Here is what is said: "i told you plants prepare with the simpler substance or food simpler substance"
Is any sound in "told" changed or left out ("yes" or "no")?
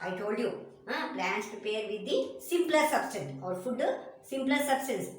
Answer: no